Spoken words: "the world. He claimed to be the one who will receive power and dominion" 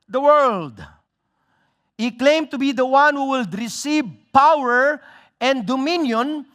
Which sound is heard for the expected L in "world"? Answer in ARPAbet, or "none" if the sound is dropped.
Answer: L